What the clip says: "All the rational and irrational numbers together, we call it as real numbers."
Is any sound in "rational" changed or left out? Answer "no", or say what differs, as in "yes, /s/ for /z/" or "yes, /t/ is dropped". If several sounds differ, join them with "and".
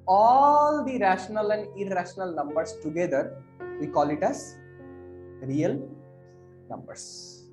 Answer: no